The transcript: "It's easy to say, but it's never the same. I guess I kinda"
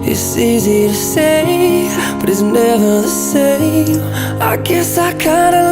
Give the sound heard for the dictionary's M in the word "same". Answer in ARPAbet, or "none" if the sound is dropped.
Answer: none